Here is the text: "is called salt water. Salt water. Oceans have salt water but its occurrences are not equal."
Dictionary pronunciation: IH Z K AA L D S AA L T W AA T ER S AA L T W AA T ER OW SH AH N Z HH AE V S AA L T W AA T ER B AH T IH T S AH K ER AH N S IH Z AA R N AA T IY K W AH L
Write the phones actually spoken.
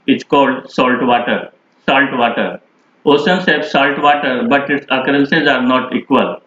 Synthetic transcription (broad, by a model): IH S K AA L D S AA L T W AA T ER S AA L T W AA T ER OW S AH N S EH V S AA L T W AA T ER B AH T IH T S AH K ER AH N S IH Z AA R N AA T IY K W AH L